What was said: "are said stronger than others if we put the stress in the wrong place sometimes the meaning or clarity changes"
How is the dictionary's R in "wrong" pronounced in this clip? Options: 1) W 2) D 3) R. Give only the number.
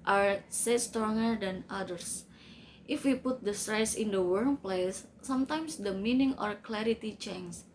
1